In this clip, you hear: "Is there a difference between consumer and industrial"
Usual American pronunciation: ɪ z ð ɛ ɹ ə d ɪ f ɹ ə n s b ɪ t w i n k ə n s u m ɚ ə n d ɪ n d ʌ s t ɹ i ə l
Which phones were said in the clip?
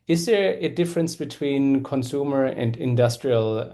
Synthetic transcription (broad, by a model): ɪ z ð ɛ ɹ ə d ɪ f ɹ ə n s b ɪ t w i n k ə n s u m ɚ ə n d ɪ n d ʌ s t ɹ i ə l